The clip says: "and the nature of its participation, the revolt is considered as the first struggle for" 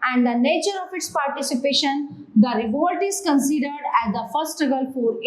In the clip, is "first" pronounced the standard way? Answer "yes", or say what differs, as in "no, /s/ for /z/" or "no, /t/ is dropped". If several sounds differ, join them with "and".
no, /s/ is dropped